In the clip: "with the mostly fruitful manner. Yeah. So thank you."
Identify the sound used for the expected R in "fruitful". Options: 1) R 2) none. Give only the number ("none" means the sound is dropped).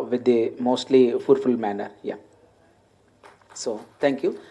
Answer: 2